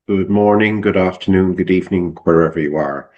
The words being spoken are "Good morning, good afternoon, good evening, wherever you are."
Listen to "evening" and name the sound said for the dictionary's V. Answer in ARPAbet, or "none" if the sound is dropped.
V